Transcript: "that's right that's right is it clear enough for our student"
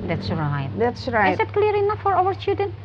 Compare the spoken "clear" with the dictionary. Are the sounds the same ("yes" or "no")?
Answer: yes